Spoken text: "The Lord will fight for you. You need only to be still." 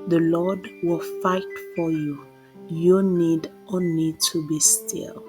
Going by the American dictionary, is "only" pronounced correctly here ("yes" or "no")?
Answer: no